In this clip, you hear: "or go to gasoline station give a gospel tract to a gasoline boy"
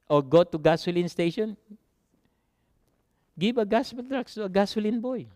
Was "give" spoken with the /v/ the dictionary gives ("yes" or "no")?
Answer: no